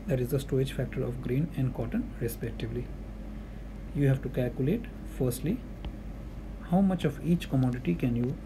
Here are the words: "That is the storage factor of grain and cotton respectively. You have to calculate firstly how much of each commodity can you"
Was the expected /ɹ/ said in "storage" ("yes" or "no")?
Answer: no